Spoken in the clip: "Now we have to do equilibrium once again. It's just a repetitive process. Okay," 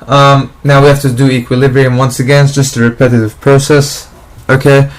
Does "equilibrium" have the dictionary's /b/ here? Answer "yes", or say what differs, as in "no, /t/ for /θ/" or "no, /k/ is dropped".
yes